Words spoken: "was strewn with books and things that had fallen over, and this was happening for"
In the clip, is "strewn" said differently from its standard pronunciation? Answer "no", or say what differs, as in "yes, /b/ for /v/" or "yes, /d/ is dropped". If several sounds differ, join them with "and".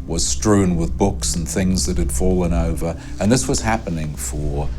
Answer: no